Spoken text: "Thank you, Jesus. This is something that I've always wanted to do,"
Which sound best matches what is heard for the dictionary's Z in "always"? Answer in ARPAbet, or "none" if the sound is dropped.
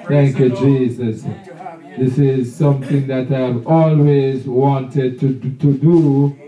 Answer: Z